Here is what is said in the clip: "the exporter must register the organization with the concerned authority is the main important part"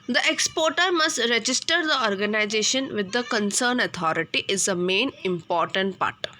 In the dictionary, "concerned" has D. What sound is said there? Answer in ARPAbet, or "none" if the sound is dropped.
none